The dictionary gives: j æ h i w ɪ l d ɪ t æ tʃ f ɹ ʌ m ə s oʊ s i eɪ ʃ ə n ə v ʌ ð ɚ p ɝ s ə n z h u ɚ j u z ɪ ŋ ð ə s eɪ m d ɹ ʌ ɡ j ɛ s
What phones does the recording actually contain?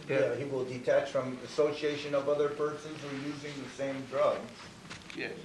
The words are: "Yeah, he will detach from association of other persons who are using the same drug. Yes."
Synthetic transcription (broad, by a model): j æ h i w ɪ l d ɪ t æ tʃ f ɹ ʌ m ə s oʊ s i eɪ ʃ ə n ə v ʌ ð ɚ p ɝ s ə n z ɚ j u z ɪ ŋ ð ə s eɪ m d ɹ ʌ ɡ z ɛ